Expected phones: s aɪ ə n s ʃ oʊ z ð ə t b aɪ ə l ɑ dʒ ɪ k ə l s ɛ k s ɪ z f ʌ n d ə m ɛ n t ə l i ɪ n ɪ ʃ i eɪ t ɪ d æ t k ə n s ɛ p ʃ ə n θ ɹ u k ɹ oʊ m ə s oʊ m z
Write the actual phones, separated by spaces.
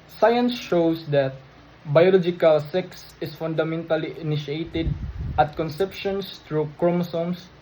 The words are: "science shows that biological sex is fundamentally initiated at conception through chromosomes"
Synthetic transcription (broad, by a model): s aɪ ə n s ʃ oʊ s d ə t b aɪ ə l ɑ dʒ ɪ k ə l s ɛ k s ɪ s f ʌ n d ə m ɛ n t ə l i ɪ n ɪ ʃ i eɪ t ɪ d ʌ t k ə n s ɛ p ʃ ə n t ɹ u k ɹ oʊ m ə s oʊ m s